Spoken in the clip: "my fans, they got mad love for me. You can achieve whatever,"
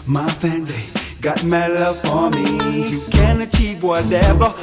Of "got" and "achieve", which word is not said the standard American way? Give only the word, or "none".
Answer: achieve